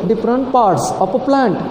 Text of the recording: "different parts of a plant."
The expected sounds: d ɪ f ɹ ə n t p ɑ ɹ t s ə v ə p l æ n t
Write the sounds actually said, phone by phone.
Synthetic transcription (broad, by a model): d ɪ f ɹ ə n t p ɑ ɹ t s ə p ə p l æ n t